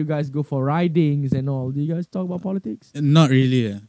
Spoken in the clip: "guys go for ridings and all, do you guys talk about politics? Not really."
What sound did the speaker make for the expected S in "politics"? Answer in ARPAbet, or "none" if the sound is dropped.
S